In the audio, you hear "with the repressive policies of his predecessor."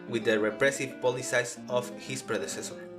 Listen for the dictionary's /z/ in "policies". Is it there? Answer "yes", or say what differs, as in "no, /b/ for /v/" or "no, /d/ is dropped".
no, /s/ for /z/